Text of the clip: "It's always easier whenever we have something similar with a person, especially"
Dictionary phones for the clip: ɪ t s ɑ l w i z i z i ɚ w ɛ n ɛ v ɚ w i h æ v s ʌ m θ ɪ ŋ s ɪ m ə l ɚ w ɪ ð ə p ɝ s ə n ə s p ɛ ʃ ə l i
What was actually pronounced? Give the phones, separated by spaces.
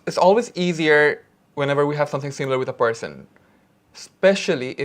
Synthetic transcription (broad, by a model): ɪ t s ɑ l w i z i z i ɚ w ɛ n ɛ v ɚ w i h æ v s ʌ m θ ɪ ŋ s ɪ m l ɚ w ɪ ð ə p ɝ s ə n s p ɛ ʃ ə l i